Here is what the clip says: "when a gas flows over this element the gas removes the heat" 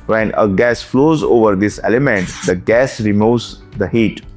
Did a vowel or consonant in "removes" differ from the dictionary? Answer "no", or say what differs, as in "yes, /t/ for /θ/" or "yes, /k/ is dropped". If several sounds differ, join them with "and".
yes, /v/ is dropped